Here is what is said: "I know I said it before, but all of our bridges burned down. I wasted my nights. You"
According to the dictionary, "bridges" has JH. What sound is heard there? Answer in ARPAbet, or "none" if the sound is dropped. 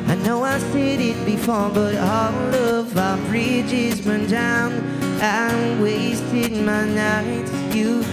JH